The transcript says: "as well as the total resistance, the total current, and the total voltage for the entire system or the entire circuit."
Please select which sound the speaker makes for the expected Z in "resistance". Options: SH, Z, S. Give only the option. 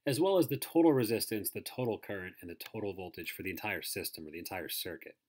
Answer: Z